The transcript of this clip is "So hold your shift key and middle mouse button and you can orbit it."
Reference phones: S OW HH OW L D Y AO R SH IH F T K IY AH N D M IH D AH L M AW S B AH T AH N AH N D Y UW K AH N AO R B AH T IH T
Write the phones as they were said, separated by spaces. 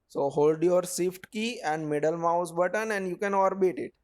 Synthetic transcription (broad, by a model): S OW HH OW L D Y AO R S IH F T K IY AH N D M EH D AH L M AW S B AH T AH N AH N D Y UW K AH N AO R B AH T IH T